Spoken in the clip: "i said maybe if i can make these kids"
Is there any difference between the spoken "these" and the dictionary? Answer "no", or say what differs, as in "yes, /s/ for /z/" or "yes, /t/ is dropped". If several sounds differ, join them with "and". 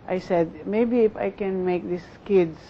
yes, /s/ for /z/